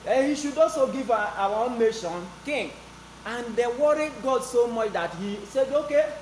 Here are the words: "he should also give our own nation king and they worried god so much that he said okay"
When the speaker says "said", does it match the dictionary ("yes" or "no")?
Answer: yes